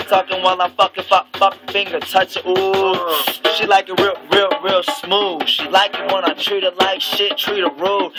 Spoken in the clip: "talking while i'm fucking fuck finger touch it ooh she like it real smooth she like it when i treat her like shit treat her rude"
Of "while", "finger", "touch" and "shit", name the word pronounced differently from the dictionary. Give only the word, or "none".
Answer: none